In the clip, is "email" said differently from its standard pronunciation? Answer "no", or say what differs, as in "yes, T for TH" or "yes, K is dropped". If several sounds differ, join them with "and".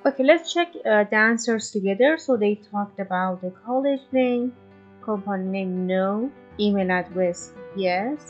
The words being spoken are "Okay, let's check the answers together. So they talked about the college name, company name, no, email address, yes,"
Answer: yes, N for L